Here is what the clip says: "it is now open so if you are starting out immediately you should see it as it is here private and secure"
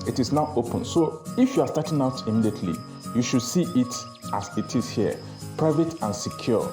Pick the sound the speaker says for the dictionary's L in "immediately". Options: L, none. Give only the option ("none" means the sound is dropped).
L